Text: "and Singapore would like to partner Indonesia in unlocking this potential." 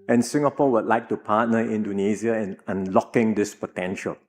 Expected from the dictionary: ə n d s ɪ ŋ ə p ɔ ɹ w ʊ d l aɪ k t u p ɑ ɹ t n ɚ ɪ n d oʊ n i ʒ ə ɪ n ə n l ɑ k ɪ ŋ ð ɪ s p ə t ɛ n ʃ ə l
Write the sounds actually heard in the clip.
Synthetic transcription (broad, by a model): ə n s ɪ ŋ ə p ɔ w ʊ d l aɪ k t u p ɑ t n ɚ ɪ n d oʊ n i z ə ɪ n ə n l ɑ k ɪ ŋ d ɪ s p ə t ɛ n ʃ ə l